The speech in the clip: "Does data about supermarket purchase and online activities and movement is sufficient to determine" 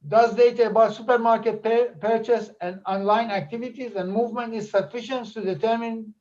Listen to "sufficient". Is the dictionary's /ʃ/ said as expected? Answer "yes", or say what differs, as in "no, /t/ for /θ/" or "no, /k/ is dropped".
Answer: yes